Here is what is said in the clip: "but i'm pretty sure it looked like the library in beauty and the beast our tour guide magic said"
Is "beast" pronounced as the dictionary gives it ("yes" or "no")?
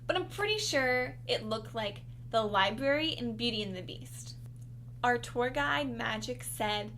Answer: yes